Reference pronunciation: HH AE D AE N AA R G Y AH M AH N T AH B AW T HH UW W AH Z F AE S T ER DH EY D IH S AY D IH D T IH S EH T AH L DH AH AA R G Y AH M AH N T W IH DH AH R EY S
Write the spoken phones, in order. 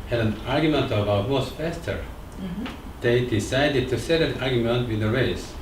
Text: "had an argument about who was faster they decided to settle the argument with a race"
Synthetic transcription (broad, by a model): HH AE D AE N AA R G Y AH M AH N T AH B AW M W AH S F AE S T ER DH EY D IH S AY D IH D T IH S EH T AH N AA R G Y AH M AH N T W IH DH AH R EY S